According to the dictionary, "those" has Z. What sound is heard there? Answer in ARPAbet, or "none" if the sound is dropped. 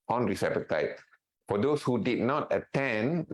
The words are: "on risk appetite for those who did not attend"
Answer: S